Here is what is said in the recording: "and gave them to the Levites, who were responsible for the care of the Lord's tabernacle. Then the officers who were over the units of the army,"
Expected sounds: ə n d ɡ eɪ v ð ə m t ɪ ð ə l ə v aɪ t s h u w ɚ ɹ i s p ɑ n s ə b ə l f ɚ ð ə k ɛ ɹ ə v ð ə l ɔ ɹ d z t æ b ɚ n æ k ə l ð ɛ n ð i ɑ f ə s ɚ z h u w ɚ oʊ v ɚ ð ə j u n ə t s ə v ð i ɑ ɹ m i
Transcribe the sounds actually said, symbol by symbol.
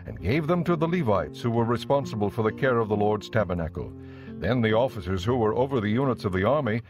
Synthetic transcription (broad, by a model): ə n ɡ eɪ v ð ə m t ɪ ð ə l ə v aɪ t s h u w ɚ ɹ i s p ɑ n s ə b ə l f ɚ ð ə k ɛ ɹ ə v ð ə l ɔ ɹ d z t æ b ɚ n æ k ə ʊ ð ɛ n ð i ɑ f ə s ɚ z h u w ɚ oʊ v ɚ ð ə j u n ə t s ə v ð i ɑ ɹ m i